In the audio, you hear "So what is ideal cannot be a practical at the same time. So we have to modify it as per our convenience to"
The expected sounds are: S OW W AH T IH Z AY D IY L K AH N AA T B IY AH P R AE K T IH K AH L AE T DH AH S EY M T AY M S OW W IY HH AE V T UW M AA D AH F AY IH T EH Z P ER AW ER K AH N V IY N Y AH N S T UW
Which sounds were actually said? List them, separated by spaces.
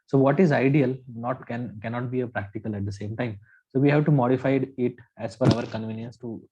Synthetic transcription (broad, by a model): S OW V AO T IH Z AY D IY L K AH N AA T B IY AH P R AE K T IH K AH L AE T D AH S EY M T AY M S OW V IY HH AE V T UW M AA D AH F AY IH T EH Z F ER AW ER K AH N V IY N Y AH N S T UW